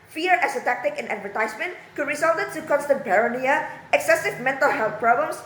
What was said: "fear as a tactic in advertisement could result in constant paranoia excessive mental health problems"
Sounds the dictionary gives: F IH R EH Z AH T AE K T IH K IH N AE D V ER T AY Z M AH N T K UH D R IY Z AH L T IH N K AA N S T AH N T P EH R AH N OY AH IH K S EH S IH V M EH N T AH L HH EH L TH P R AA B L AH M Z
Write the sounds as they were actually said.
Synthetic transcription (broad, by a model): F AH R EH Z AH T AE K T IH K IH N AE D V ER T AY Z M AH N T K UH D R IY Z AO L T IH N K AA N S T AH N T B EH R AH N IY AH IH K S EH S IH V M EH N T AH L HH EH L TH P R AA B L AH M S